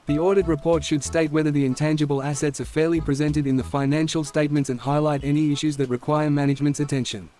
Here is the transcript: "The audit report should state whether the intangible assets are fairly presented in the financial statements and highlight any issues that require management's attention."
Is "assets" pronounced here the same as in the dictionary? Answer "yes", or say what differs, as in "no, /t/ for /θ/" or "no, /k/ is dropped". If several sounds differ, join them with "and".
yes